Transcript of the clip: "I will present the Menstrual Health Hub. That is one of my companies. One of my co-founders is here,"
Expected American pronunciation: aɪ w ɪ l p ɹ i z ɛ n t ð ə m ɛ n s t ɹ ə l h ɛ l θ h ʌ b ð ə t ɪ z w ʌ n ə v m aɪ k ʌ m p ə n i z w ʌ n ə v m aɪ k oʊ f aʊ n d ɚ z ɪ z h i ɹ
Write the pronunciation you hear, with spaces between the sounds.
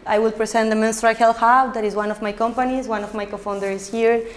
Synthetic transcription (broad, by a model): aɪ w ɪ l p ɹ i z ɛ n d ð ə m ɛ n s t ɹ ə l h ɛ l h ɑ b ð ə t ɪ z w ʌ n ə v m aɪ k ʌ m p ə n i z w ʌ n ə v m aɪ k oʊ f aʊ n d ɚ ɪ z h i ɹ